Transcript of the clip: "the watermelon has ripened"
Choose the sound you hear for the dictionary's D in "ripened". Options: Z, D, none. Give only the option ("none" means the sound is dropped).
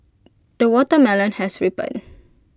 none